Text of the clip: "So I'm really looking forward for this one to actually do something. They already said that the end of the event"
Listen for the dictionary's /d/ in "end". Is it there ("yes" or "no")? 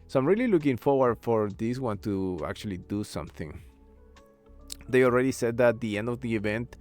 yes